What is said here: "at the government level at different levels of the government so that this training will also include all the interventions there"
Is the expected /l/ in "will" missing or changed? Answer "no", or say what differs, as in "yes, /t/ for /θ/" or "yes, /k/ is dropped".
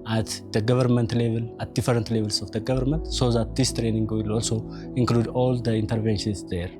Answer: no